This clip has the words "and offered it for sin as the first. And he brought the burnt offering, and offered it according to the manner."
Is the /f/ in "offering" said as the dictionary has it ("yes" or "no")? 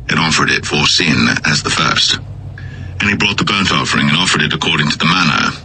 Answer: yes